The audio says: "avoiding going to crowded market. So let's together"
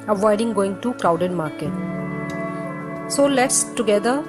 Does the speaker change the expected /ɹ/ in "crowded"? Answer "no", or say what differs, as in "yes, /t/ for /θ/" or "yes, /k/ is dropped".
yes, /l/ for /ɹ/